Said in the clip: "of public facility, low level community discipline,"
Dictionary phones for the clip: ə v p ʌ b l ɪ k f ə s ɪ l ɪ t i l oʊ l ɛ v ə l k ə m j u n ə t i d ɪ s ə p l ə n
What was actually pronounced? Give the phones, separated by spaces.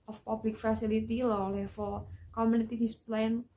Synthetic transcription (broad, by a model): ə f p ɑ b l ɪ k f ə s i l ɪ t i l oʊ l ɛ f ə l k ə m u n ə t i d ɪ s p l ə n